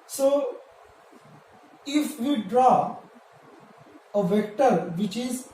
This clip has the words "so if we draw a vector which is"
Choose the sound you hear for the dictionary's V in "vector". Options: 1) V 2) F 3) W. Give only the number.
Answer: 1